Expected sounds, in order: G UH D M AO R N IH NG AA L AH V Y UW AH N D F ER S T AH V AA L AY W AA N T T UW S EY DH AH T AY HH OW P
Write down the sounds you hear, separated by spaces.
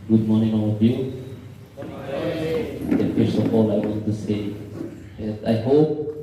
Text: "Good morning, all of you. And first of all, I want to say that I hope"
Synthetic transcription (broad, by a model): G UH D M AO R N IH NG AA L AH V Y UW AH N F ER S AH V AA L AY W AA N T T UW S EY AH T AY HH OW P